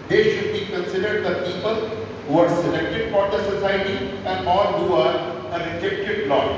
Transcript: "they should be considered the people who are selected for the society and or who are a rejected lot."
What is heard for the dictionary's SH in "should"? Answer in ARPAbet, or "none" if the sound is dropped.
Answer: SH